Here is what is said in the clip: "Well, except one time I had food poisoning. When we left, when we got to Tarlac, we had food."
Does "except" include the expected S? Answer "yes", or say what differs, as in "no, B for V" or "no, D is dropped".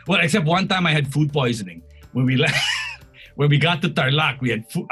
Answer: yes